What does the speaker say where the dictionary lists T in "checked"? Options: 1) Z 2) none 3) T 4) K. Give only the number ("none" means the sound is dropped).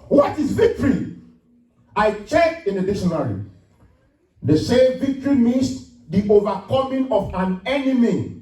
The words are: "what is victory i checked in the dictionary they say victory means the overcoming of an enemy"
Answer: 2